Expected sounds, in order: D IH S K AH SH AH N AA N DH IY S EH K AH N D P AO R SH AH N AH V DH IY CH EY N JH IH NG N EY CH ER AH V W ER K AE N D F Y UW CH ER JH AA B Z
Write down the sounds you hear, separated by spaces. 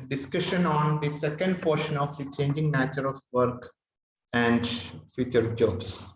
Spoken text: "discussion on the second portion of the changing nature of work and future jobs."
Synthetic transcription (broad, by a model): D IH S K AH SH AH N AA N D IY S EH K AH N D P AO R SH AH N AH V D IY CH EY N JH IH NG N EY CH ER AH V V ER K AE N D F Y UW CH ER JH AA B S